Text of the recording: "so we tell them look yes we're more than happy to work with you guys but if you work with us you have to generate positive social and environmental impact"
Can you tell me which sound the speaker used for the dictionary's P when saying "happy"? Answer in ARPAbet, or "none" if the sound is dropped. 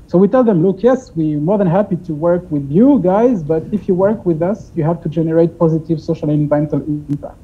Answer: P